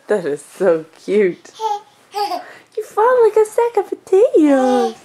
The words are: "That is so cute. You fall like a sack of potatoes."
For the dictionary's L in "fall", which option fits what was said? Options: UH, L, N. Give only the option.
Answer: N